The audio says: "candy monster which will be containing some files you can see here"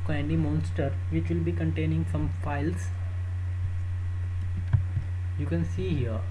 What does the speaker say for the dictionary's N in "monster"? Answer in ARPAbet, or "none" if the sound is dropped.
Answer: N